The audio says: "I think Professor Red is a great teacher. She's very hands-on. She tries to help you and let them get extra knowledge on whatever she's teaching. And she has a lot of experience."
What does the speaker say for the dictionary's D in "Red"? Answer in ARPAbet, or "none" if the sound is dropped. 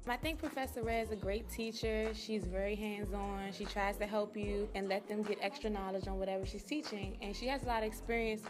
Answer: none